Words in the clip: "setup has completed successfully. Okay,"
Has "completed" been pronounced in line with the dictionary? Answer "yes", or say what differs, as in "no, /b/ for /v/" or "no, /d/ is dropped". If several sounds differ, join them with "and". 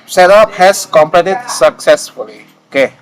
no, /l/ is dropped